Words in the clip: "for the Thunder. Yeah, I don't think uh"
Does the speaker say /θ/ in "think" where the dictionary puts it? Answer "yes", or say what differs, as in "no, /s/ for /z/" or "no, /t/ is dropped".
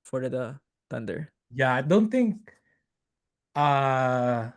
no, /t/ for /θ/